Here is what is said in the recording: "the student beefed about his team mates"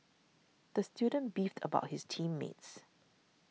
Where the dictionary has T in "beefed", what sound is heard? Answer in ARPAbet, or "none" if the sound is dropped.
T